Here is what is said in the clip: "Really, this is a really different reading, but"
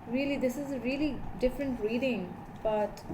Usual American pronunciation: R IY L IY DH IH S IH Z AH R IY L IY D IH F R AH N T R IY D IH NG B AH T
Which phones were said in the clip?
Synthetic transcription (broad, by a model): R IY L IY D IH S IH Z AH R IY L IY D IH F R AH N T R IY D IH NG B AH T